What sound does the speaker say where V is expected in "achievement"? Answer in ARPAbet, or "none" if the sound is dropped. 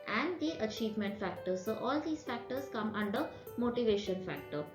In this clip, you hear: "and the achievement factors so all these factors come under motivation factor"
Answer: V